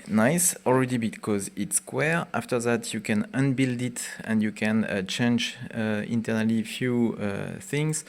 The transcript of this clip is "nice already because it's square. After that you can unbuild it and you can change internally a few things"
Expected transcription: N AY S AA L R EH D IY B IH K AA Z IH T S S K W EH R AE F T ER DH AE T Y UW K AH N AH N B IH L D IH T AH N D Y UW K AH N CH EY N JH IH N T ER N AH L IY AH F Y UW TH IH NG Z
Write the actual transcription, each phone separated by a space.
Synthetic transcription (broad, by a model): N AY S AA L R EH D IY B IH K AA Z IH T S S K W EH R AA F T ER DH AE T Y UW K AH N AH N B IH L D IH T AH N D Y UW K AH N CH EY N JH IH N T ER N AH L IY F Y UW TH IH NG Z